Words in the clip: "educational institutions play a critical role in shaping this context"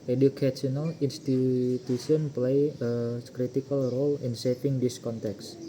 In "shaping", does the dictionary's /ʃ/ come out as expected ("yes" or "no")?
no